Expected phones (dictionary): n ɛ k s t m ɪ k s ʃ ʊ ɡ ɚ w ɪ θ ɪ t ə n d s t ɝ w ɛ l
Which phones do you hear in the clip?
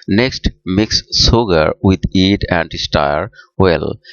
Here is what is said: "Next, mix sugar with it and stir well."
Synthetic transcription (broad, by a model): n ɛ k s t m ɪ k s s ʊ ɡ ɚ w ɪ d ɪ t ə n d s t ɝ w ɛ l